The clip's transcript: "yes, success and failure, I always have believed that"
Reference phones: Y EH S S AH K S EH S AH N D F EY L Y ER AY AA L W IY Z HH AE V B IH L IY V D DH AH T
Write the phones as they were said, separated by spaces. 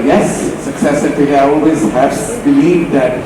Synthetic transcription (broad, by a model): Y EH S S AH K S EH S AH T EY Y AY AA L W IY Z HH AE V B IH L IY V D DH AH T